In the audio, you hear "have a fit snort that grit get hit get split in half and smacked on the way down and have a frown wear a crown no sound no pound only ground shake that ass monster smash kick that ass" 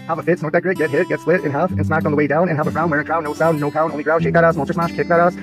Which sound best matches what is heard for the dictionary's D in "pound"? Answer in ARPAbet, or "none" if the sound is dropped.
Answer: none